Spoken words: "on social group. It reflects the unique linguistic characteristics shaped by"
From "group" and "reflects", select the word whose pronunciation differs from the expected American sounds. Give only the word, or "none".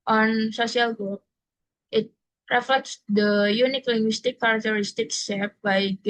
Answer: group